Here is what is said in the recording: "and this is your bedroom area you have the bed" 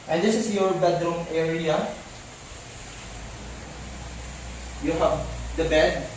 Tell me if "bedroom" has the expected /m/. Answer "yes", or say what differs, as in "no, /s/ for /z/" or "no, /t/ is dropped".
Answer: yes